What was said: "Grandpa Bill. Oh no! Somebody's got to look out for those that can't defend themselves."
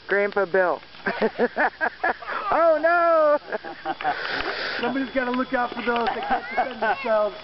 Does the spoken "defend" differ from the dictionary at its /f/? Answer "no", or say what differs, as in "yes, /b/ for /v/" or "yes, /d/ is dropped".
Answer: yes, /f/ is dropped